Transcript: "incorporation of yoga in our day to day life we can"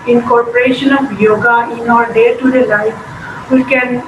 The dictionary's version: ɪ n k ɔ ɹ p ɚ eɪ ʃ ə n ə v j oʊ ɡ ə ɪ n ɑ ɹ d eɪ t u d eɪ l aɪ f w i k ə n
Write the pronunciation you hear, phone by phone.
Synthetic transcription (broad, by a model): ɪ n k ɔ ɹ p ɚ eɪ ʃ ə n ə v j oʊ ɡ ə ɪ n ɑ ɹ d eɪ t u d eɪ l aɪ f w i k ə n